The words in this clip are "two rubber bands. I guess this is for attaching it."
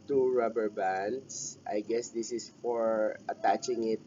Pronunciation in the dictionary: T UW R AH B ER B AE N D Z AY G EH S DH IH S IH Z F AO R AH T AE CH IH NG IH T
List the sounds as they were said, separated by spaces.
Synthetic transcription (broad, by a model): T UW R AH B ER B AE N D S AY G EH S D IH S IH S F AO R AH T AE CH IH NG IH T